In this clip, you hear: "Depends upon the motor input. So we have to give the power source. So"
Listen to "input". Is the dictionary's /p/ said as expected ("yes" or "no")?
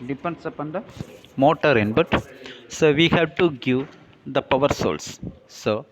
no